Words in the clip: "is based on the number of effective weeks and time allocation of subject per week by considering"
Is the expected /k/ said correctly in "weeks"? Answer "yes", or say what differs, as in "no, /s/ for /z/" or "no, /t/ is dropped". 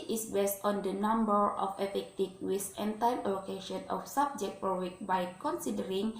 no, /k/ is dropped